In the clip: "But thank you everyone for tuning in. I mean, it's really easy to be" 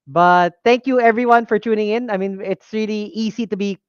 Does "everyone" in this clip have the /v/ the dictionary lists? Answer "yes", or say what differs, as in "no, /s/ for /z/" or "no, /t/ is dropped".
yes